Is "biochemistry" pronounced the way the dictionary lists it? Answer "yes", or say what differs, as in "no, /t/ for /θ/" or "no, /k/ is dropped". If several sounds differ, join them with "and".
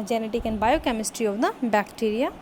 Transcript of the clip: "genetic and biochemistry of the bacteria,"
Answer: yes